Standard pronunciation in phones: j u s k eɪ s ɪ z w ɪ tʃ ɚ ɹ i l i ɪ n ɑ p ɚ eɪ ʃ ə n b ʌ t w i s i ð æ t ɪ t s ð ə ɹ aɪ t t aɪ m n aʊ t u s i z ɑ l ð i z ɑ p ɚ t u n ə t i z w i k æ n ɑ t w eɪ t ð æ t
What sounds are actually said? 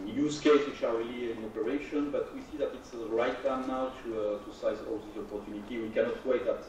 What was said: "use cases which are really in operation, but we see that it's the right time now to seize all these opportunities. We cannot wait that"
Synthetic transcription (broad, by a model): j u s k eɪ ɪ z w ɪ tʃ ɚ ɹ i l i ɪ n ɑ p ɚ eɪ ʃ ə n b ʌ t w i s i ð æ t ɪ t s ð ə ɹ aɪ t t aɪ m n aʊ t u s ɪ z ɑ l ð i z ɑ p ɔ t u n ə t i w i k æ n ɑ t w eɪ t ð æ t